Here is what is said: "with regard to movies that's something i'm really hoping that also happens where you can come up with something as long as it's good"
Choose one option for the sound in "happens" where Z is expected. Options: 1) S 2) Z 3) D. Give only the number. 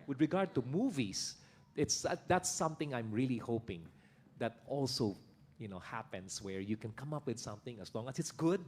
1